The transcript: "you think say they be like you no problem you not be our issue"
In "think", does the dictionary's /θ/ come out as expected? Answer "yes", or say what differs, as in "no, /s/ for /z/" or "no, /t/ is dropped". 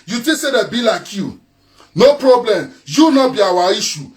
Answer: no, /t/ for /θ/